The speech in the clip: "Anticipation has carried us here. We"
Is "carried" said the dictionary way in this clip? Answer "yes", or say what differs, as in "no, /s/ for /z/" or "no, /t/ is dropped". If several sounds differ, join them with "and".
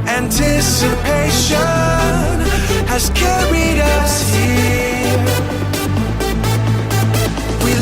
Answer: yes